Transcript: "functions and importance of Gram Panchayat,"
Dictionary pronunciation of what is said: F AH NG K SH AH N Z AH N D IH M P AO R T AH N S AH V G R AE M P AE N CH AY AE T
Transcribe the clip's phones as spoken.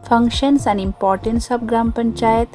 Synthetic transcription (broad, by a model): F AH NG K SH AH N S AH N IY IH M P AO R T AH N S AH B G R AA M P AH N CH AY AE T